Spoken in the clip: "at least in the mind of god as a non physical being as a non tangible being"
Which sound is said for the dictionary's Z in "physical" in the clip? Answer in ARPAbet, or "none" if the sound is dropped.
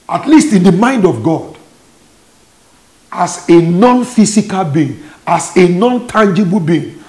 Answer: S